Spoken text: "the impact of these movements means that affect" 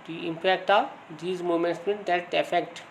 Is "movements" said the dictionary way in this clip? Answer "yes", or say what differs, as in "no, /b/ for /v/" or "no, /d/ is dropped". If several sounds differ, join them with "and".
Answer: no, /v/ is dropped